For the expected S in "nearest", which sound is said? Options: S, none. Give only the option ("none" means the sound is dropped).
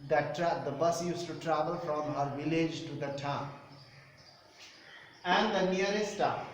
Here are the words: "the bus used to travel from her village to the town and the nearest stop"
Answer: none